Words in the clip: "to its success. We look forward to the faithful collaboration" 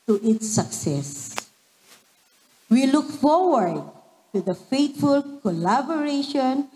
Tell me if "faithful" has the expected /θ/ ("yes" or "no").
no